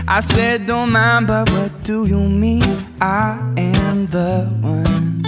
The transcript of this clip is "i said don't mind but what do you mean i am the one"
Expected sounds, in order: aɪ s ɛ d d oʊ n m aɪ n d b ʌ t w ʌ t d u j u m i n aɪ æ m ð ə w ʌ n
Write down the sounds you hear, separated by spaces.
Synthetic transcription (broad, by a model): aɪ s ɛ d d oʊ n m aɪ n b ʌ t w ʌ t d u j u m i aɪ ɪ m ð ə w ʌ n